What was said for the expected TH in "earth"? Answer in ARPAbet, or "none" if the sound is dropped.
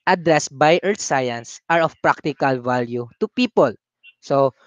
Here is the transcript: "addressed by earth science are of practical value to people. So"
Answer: T